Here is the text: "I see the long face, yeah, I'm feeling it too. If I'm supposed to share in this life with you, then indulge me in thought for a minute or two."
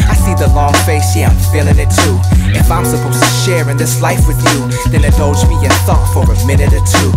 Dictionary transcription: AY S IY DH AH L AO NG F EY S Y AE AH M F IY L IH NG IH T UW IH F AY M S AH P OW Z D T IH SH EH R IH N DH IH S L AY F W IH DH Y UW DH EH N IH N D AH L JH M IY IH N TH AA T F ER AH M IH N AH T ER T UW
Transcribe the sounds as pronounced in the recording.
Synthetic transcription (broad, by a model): AY S IY DH AH L AO NG F EY S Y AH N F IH L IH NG IH T UW IH F AY M S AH P OW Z T IH SH EH R IH N DH IH S L AY F W IH DH Y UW DH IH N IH D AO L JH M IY IH N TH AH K F ER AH M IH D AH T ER T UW